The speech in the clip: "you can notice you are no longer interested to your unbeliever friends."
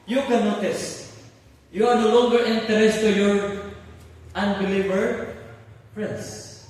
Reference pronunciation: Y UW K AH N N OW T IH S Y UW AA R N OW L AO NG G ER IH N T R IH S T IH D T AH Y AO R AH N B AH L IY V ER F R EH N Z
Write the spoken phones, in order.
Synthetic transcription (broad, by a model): Y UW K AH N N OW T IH S Y UW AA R N OW L AO NG G ER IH N T IH T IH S T AH Y AO R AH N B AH L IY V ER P R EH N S